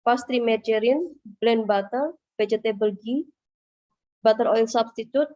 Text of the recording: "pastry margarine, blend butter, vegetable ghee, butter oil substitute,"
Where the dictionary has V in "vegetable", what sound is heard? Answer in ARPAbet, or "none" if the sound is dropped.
B